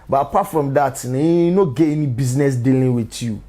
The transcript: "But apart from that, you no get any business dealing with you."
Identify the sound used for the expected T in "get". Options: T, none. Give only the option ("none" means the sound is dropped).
none